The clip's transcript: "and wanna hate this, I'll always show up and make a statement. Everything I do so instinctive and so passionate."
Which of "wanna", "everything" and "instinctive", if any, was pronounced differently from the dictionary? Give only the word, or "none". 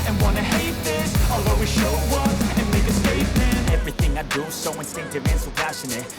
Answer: none